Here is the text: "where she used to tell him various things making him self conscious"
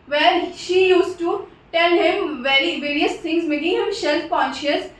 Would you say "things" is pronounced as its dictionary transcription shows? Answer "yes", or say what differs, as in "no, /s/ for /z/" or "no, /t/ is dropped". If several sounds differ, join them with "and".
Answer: no, /t/ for /θ/